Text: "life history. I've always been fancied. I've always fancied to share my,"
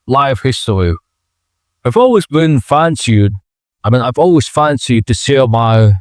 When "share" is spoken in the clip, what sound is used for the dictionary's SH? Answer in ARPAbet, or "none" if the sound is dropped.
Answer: S